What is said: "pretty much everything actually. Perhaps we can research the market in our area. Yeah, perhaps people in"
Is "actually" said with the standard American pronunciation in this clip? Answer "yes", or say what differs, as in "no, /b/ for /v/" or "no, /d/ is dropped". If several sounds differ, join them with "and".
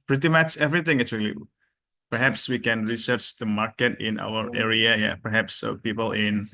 no, /k/ is dropped